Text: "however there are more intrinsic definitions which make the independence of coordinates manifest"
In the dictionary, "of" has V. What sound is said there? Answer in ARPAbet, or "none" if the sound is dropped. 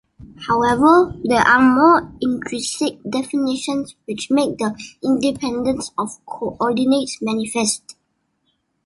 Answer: F